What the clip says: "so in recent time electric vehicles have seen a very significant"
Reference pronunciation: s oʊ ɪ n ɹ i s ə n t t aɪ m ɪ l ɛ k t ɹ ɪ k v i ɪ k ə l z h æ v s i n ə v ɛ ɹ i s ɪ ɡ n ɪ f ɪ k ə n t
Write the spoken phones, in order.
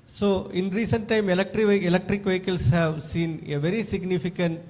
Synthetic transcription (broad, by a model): s oʊ ɪ n ɹ i s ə n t t aɪ m ɪ l ɛ k t ɹ ɪ k v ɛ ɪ k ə l s h æ v s i n ə v ɛ ɹ i s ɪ ɡ n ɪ f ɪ k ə n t